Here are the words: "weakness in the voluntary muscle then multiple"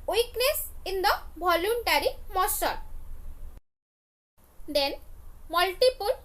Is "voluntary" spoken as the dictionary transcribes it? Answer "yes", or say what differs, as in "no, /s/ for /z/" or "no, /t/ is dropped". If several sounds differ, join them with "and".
no, /b/ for /v/